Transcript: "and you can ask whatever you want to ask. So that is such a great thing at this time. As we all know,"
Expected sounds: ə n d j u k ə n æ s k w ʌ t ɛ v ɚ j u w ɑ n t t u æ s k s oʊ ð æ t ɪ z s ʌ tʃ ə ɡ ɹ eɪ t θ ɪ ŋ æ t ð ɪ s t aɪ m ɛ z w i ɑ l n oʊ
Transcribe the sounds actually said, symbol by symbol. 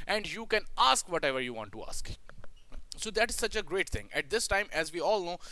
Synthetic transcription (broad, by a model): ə n d j u k ə n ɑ s k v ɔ t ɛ v ɚ j u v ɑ n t t u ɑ s k s oʊ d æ t ɪ z s ʌ tʃ ə ɡ ɹ eɪ t t ɪ ŋ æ t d ɪ s t aɪ m ɛ z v i ɑ l n oʊ